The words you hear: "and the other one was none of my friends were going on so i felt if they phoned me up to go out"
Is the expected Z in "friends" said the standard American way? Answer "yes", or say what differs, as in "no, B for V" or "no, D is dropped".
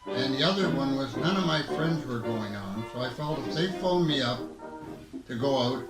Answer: yes